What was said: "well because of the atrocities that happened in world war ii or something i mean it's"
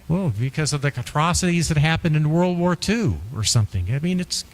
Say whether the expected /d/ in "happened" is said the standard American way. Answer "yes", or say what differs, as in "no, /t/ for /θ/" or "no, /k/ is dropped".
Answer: yes